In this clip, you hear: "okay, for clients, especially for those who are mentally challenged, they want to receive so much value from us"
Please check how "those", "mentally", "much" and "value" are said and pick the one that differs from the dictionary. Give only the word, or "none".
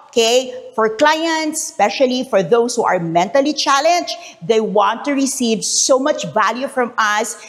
those